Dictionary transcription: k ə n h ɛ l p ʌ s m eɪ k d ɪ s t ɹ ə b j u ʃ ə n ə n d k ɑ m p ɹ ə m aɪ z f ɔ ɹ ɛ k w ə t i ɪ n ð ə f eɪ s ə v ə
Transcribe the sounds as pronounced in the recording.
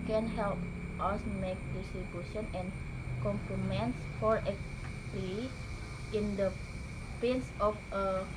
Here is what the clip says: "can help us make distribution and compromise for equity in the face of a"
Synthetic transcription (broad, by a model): k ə n h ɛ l p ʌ s m eɪ k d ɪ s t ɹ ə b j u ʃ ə n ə n k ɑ m p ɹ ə m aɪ s f ɔ ɹ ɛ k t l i ɪ n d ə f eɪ s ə f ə